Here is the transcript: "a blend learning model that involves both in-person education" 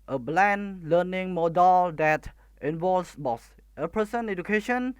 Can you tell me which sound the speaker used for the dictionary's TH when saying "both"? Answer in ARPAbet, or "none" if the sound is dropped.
S